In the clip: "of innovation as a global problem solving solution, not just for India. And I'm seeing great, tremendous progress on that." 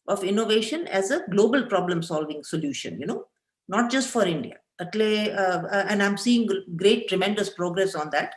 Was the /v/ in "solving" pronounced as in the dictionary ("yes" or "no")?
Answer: yes